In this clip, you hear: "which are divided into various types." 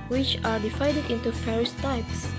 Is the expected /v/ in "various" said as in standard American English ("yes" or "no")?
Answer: no